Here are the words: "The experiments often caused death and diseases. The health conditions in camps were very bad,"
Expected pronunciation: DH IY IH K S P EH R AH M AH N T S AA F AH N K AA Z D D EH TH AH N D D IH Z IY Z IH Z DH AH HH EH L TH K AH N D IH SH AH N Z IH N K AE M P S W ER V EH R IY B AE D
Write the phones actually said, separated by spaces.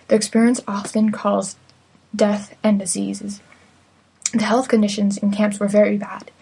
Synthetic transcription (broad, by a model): DH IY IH K S P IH R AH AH N S AA F AH N K AA Z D D EH TH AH N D D IH Z IY Z IH Z DH AH HH EH L TH K AH N D IH SH AH N Z IH N K AE M P S W ER V EH R IY B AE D